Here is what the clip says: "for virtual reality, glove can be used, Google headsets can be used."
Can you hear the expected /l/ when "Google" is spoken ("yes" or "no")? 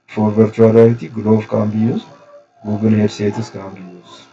no